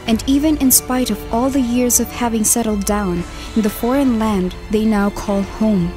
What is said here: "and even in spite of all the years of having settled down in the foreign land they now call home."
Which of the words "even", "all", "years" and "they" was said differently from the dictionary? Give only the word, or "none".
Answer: none